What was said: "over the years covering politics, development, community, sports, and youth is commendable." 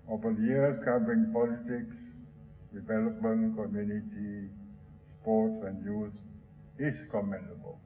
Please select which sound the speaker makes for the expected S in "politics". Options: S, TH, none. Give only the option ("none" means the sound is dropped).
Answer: S